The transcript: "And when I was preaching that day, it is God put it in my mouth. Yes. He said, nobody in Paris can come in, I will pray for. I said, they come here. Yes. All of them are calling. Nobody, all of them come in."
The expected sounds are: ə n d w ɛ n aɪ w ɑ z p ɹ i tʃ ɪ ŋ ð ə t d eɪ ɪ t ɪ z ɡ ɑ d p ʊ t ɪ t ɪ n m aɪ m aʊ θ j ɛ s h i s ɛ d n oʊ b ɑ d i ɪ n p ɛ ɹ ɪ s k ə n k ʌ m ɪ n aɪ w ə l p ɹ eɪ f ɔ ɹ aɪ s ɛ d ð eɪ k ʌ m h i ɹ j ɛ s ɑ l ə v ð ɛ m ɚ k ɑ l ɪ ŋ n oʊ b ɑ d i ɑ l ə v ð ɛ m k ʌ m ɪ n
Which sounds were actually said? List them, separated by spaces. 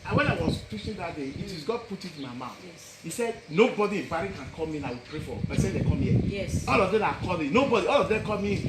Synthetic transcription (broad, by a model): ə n w ɛ n aɪ w ɑ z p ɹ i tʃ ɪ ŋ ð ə t d eɪ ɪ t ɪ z ɡ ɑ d p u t ɪ t ɪ n m aɪ m aʊ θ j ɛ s h i s ɛ d n oʊ b ɑ d i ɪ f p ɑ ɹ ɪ k ə n k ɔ m ɪ n aɪ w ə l p ɹ eɪ f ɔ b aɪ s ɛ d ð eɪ k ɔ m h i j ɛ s ɑ l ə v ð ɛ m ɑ k ɑ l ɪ n oʊ b ɑ d i ɑ l ə v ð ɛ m k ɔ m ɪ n